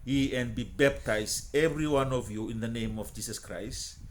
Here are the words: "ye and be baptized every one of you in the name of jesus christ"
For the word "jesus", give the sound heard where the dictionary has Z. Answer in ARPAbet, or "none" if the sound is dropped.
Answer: S